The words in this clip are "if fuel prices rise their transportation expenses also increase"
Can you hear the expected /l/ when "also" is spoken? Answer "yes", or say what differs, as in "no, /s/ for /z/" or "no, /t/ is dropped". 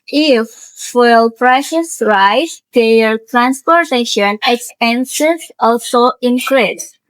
yes